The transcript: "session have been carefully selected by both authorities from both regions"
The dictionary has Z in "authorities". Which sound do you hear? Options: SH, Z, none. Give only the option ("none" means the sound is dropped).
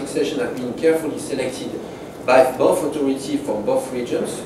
none